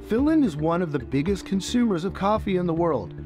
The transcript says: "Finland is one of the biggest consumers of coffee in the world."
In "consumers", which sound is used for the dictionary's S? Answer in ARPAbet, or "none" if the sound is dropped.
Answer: S